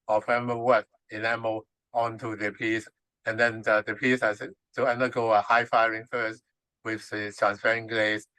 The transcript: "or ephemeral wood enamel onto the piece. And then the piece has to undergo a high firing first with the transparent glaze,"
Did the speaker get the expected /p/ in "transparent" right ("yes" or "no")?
no